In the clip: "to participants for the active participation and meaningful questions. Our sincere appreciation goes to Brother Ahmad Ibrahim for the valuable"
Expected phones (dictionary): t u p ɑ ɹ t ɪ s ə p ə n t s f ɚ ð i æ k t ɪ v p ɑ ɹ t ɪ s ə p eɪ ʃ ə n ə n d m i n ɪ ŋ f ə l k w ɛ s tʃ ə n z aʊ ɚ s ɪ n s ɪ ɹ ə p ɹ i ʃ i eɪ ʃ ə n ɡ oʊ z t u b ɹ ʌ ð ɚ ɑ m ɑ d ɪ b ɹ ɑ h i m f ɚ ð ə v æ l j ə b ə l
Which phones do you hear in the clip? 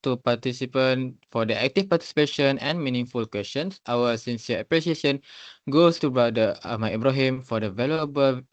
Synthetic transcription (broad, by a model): t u p ɑ t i s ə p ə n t f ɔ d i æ k t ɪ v p ɑ t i s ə p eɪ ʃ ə n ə n m i n ɪ ŋ f ə l k w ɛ s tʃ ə n s aʊ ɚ s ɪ n s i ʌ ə p ɹ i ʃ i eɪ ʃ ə n ɡ oʊ s t u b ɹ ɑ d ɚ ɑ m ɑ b ɹ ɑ h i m f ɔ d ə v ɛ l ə b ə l